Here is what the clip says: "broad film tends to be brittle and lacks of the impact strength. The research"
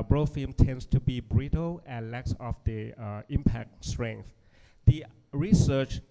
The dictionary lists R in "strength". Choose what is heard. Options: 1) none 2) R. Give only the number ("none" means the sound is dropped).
2